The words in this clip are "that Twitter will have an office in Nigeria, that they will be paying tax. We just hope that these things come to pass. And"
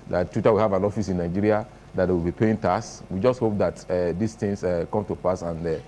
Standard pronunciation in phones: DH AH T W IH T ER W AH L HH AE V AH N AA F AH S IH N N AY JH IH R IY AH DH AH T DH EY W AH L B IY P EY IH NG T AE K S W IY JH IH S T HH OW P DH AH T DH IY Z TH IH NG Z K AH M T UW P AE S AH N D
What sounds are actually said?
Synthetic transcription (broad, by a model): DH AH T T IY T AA W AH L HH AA V AH N AA F AH S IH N N AY JH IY R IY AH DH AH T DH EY W AH L B IY P EY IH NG T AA S W IY JH IH S T HH OW P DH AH T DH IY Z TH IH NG S K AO M T UW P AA S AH N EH